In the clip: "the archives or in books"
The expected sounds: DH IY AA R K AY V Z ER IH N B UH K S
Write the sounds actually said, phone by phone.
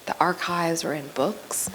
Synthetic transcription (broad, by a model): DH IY AA R K AY V Z ER IH N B UH K S